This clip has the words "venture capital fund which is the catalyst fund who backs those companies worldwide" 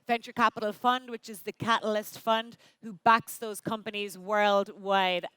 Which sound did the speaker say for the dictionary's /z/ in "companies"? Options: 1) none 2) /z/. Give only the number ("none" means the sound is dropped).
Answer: 2